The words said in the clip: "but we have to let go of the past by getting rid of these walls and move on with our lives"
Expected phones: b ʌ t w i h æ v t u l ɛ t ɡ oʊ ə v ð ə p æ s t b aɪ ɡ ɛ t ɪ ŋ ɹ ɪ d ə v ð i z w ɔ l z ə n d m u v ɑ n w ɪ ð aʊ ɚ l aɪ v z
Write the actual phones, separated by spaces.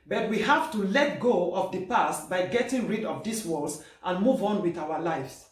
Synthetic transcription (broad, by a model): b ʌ t w i h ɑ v t u l ɛ t ɡ oʊ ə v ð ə p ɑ s t b aɪ ɡ ɛ t ɪ ŋ ɹ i d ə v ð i s w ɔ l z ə n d m u v ɑ n w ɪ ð aʊ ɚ l aɪ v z